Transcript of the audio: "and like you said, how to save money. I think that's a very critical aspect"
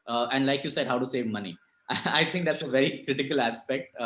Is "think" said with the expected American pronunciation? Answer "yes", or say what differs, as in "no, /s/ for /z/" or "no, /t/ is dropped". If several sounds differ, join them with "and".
no, /t/ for /θ/ and /ŋ/ is dropped